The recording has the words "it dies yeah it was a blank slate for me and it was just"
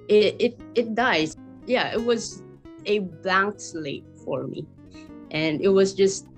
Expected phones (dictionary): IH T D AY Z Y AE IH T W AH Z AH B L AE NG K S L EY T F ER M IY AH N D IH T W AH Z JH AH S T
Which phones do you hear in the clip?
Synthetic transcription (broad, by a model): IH T D AY Z Y AE IH T W AH Z AH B AE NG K S L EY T F ER M IY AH N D IH T W AH Z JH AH S T